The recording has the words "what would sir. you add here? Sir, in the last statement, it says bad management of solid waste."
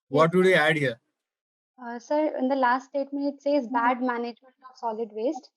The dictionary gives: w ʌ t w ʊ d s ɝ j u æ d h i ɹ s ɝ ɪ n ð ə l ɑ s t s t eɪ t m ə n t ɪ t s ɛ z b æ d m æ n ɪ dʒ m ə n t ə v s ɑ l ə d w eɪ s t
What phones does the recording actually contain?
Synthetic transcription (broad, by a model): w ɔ t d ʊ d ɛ æ d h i ɹ s ɝ ɪ n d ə l ɑ s t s t eɪ t m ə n ɪ t s ɛ z b æ d m æ n ɪ dʒ m ə n t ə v s ɑ l ə d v eɪ s t